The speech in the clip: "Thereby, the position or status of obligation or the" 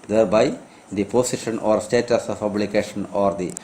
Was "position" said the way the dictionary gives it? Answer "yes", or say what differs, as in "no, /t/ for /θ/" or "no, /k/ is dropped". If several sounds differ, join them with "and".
no, /s/ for /z/